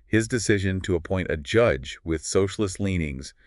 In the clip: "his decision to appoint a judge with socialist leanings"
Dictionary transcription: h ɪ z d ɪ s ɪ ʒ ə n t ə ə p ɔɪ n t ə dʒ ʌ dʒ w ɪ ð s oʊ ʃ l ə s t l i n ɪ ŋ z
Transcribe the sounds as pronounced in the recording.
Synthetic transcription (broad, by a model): h ɪ z d ɪ s ɪ ʒ ə n t ə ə p ɔɪ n t ə dʒ ʌ dʒ w ɪ ð s oʊ ʃ l ə s t l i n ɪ ŋ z